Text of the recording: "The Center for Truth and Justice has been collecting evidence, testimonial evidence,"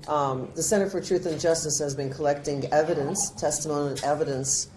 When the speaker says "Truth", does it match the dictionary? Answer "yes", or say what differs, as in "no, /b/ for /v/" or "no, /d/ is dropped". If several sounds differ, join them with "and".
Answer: yes